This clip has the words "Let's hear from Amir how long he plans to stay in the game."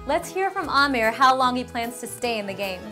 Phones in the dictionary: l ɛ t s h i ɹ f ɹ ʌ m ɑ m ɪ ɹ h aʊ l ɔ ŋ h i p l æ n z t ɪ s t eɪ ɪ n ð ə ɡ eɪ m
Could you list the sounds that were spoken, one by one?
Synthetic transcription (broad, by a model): l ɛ t s h i ɹ f ɹ ʌ m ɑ m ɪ ɹ h aʊ l ɔ ŋ h i p l æ n z t ɪ s t eɪ ɪ n ð ə ɡ eɪ m